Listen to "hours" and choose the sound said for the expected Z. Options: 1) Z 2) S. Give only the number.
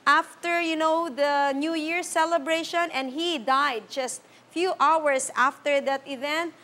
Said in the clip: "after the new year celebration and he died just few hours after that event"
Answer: 2